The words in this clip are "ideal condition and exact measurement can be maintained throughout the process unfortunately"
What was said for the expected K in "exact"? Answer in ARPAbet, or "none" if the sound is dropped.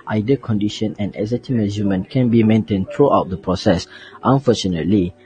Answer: none